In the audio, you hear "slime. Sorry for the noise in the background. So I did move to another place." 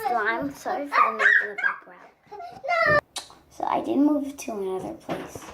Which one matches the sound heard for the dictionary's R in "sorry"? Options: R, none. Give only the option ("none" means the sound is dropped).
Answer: none